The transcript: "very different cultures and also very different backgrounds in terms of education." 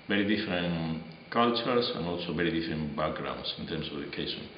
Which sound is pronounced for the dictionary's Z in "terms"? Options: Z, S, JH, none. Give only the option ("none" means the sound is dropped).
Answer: S